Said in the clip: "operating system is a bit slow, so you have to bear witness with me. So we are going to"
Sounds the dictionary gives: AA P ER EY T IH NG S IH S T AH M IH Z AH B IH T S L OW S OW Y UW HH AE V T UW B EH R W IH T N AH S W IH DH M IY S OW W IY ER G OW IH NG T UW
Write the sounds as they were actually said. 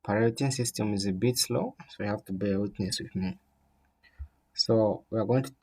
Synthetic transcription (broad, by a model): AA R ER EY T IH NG S IH S T AH M IH Z AH B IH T S L OW S OW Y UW HH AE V T UW B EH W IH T N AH S W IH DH M IY S OW W IY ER G OW IH NG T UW